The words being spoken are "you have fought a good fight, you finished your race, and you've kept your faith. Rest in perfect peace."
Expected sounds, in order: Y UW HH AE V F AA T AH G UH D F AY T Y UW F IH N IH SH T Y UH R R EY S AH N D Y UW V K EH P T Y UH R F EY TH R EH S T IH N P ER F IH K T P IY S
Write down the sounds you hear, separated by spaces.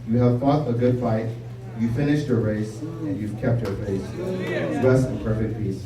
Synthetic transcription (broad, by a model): Y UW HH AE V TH AA T AH G UH D F AY T Y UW F IH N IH SH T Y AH R R EY S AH N Y UW V K EH P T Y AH R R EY S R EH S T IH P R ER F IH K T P IY S